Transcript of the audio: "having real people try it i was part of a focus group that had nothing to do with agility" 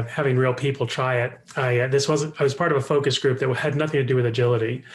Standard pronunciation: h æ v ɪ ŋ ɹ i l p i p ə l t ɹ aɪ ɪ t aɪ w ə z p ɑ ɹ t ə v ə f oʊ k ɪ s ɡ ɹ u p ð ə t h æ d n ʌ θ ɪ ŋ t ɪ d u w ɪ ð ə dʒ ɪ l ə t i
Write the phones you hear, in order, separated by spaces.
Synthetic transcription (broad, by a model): h æ v ɪ ŋ ɹ i l p i p l t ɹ aɪ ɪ t aɪ w ə z p ɑ ɹ t ə v ə f oʊ k ɪ s ɡ ɹ u p ð ə t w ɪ d n ʌ θ ɪ ŋ t ɪ d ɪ w ɪ ð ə dʒ ɪ l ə t i